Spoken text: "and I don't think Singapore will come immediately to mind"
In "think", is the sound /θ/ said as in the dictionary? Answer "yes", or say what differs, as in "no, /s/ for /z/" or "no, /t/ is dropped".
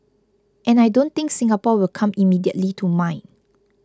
no, /t/ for /θ/